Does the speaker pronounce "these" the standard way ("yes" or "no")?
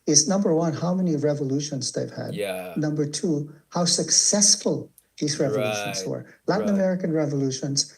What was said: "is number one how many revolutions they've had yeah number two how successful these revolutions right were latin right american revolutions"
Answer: yes